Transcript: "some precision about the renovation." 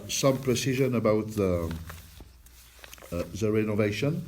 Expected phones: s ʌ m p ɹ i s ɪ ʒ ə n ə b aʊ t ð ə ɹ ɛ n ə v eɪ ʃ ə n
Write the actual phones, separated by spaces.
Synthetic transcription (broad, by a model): s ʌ m p ɹ i s ɪ ʒ ə n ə b aʊ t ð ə ɹ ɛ n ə v eɪ ʃ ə n